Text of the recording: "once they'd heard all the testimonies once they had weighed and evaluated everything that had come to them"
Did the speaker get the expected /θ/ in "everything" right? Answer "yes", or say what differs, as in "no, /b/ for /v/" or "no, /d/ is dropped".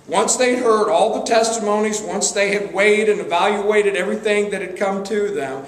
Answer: yes